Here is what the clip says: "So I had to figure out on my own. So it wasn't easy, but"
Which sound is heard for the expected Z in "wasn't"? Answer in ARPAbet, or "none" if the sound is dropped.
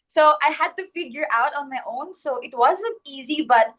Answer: Z